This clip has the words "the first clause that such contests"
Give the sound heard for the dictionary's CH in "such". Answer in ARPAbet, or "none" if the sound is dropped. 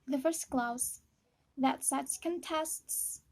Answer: S